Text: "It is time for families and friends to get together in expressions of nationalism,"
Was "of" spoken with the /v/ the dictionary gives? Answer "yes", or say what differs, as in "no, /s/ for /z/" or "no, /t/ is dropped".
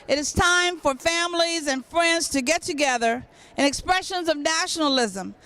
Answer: yes